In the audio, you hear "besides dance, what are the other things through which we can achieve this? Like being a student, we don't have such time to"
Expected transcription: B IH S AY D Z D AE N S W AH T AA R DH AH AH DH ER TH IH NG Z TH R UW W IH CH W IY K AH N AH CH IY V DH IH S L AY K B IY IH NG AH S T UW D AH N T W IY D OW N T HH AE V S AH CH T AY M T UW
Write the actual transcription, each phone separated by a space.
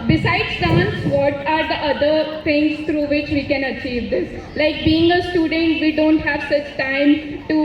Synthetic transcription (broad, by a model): B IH S AY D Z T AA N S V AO T AA R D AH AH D ER T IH NG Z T R UW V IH CH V IY K AH N AH CH IY V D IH S L AY K B IY IH NG AH S T UW D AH N T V IY D OW N T HH AE V S AH CH T AY M T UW